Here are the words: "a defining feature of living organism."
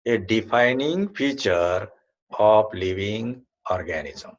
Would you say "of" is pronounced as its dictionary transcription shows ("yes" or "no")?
no